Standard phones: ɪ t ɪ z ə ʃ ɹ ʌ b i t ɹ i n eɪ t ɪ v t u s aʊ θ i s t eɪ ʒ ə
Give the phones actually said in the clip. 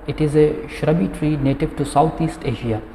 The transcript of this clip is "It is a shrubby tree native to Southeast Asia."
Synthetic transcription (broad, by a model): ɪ t ɪ z ə ʃ ɹ ʌ b i t ɹ i n eɪ t ɪ v t u s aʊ t i s t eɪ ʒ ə